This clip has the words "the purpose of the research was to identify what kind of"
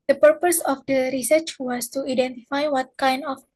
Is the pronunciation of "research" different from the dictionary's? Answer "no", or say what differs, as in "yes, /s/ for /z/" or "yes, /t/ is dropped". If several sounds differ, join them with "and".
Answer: no